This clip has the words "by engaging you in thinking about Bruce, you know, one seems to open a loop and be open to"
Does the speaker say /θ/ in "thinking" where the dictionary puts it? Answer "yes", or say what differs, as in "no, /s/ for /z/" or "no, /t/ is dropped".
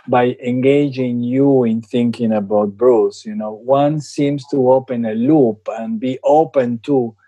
yes